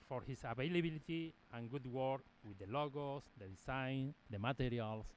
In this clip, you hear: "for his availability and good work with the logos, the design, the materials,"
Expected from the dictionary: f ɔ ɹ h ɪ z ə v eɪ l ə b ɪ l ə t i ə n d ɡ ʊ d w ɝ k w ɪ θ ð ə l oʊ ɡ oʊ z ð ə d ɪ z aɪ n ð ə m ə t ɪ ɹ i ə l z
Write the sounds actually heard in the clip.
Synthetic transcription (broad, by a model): f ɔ ɹ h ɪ s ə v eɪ l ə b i l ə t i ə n ɡ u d w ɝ k w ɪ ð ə l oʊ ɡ oʊ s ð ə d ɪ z aɪ n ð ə m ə t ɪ ɹ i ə l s